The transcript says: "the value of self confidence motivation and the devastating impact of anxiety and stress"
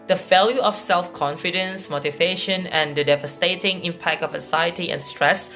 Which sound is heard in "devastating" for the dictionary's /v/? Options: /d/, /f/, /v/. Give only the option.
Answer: /v/